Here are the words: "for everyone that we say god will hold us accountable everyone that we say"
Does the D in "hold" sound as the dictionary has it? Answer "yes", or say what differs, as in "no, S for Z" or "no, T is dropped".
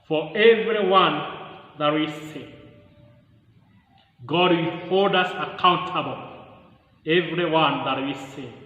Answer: yes